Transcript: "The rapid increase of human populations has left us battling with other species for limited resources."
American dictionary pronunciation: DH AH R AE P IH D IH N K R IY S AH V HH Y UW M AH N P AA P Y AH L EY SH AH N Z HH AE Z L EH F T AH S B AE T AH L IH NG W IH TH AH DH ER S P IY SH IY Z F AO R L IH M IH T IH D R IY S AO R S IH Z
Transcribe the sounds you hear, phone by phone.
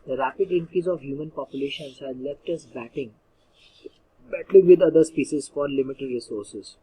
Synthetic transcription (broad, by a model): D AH R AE P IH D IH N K IY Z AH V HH Y UW M AH N P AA P Y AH L EY SH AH N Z HH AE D L EH F T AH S B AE T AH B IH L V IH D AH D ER S P IY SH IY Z F AO R L IH M IH T IH D R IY S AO R S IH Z